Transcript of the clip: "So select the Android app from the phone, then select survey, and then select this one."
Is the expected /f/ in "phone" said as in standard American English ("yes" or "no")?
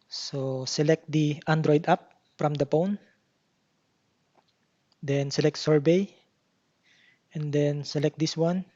no